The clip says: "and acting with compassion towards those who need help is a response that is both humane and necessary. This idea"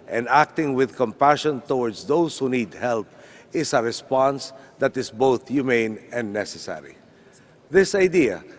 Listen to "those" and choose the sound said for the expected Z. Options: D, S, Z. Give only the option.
S